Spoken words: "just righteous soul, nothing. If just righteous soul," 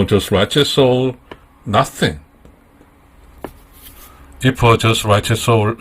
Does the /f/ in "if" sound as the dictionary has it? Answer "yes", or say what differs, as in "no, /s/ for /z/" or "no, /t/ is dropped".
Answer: no, /p/ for /f/